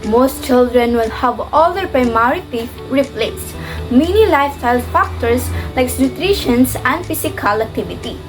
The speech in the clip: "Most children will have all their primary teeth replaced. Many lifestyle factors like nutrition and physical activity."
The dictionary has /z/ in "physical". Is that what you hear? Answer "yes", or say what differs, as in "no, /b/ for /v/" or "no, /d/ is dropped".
no, /s/ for /z/